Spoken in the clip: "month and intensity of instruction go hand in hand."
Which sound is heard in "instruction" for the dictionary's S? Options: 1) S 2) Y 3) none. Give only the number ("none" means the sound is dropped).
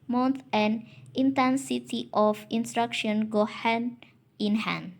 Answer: 1